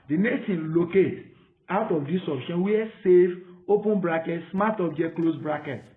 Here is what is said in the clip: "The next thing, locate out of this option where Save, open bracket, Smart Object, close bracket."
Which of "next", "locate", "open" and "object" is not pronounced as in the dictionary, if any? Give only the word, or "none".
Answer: object